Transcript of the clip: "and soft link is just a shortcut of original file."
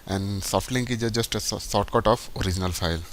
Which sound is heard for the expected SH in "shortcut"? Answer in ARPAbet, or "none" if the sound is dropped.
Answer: S